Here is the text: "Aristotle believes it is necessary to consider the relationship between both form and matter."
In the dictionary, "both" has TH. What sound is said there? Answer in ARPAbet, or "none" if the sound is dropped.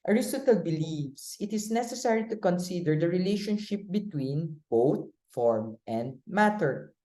T